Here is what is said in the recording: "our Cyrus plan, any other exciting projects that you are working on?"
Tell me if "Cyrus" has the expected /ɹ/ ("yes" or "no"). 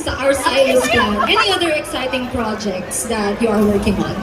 no